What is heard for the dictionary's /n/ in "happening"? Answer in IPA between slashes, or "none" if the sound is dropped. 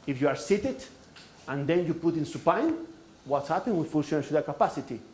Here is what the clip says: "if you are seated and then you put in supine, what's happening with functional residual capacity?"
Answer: none